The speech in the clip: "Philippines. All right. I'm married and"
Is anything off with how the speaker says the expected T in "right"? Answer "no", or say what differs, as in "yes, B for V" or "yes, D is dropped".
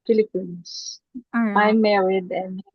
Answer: yes, T is dropped